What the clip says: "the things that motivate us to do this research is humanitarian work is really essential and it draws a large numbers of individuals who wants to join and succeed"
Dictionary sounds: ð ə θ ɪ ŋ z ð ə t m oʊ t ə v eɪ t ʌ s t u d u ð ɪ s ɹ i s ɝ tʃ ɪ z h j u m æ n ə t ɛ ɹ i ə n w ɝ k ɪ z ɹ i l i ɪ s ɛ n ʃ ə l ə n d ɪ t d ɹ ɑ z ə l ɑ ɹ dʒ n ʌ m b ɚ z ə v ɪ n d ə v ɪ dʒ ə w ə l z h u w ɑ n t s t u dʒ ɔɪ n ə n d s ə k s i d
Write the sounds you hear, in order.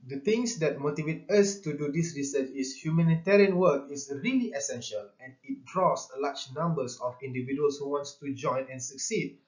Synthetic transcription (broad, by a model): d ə t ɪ ŋ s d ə t m oʊ t ə v eɪ t ʌ s t u d u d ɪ s ɹ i s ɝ tʃ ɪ s h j u m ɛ n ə t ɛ ɹ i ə n w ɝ k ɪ s ɹ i l i ɪ s ɛ n ʃ ə l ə n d ɪ t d ɹ ɑ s l ɑ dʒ n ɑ m b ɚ s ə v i n d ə v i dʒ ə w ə l s h u w ɑ n t s t u dʒ ɔɪ n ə n s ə k s i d